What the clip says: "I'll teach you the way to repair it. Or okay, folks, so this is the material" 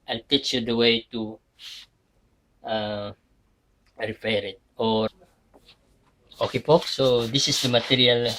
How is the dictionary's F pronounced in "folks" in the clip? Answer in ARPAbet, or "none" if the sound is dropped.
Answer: P